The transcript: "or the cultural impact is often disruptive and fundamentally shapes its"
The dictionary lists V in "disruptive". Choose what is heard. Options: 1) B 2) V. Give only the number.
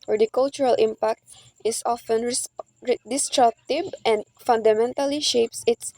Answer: 1